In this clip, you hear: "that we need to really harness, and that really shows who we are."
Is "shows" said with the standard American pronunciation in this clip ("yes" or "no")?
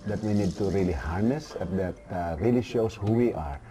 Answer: no